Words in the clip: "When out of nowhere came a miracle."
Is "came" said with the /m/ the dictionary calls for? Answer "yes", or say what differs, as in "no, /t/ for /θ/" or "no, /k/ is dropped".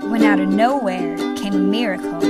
no, /m/ is dropped